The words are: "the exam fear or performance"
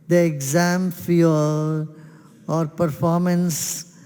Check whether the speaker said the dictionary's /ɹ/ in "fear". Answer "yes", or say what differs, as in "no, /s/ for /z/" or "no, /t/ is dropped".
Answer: no, /l/ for /ɹ/